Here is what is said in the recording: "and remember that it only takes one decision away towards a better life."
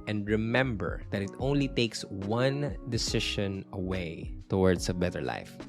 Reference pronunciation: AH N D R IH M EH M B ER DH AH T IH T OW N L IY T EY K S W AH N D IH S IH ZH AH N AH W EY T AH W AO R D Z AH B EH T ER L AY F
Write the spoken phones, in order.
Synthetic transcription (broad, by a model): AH N D R IH M EH M B ER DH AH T IH T OW N L IY T EY K S W AH N D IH S IH SH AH N AH W EY T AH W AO R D S AH B EH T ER L AY F